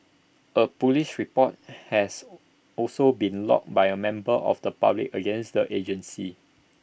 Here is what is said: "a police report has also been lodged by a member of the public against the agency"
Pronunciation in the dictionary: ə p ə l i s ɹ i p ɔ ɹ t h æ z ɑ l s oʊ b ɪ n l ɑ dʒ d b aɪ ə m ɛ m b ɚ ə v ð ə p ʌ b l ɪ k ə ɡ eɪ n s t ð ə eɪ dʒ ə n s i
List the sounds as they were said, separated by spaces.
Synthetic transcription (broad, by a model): ə p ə l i ʃ ɹ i p ɔ t h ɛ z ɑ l s oʊ b ɪ n l ɑ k b aɪ ə m ɛ m b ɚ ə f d ə p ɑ b l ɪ k ə ɡ eɪ n s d ə eɪ dʒ ə n s i